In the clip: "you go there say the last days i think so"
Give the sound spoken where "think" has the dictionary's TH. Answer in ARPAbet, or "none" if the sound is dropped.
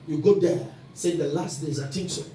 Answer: T